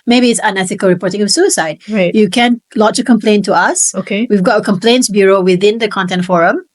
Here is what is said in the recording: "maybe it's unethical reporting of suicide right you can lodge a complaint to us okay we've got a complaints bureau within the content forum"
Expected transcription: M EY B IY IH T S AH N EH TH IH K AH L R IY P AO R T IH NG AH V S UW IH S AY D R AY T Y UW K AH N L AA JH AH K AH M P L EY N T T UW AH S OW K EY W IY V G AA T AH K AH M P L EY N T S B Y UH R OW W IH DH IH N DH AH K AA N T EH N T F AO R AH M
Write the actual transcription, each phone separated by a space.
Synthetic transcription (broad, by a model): M EY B IY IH T S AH N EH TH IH K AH L R IY P AO R T IH NG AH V S UW IH S AY D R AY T Y UW K AH N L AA CH AH K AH M P L EY N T T UW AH S OW K EY W IY V G AA T AH K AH M P L EY N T S B Y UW R OW W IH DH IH N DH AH K AA N T EH N T F AO R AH M